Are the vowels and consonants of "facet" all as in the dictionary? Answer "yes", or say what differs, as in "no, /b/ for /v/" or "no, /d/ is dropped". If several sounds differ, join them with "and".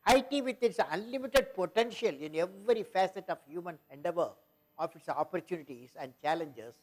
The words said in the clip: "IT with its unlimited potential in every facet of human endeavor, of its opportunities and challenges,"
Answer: yes